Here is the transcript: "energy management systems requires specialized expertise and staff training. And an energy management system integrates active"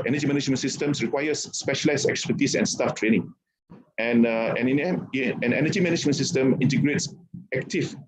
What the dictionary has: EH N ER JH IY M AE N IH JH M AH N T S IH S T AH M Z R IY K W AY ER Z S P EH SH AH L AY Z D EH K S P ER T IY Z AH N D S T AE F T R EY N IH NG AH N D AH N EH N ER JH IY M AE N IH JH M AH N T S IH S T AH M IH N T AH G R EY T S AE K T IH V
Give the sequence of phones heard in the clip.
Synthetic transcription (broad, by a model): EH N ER JH IY M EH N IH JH M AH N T S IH S T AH M S R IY K W AY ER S P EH SH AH L AY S EH K S P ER T IY S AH N S T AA F T R EY N IH NG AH N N AH N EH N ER JH IY M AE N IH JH M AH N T S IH S T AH M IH N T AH G R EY T S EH K T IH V